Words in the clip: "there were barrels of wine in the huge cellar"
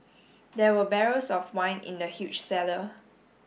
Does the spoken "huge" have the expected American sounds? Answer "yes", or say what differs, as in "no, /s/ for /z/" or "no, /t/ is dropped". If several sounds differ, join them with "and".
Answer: no, /tʃ/ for /dʒ/